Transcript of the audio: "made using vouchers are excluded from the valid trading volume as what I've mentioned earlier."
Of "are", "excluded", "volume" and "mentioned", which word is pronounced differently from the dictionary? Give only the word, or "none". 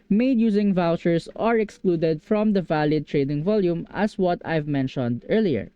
none